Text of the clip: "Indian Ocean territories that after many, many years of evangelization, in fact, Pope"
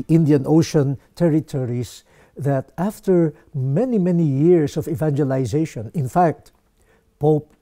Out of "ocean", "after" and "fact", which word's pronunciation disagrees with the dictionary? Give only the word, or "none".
none